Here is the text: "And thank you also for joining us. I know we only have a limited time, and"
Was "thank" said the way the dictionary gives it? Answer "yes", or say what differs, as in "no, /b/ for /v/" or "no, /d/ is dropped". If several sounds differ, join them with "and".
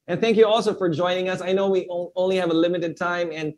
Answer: yes